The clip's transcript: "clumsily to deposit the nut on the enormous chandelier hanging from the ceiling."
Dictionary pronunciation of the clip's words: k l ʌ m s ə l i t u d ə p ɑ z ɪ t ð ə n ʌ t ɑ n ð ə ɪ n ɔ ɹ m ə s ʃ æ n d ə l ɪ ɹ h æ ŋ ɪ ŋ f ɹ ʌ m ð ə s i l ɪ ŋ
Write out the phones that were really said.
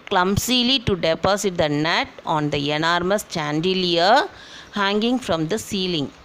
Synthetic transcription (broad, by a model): k l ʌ m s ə l i t u d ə p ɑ s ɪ t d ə n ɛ t ɑ n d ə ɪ n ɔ ɹ m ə s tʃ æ n d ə l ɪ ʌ h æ ŋ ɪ ŋ f ɹ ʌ m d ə s i l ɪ ŋ